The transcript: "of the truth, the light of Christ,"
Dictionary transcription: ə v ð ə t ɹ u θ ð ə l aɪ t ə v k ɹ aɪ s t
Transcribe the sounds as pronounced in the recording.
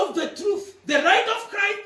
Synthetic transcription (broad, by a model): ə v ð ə t ɹ u θ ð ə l aɪ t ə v k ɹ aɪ s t